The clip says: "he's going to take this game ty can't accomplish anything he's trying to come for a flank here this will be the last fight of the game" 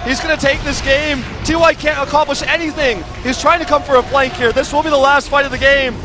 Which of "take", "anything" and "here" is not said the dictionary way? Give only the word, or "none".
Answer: none